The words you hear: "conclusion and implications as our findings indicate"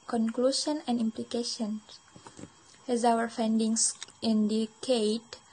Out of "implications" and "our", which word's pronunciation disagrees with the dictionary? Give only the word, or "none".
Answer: implications